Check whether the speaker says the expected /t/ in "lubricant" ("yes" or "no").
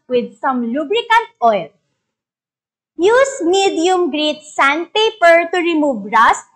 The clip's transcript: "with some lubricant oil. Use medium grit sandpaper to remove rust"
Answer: yes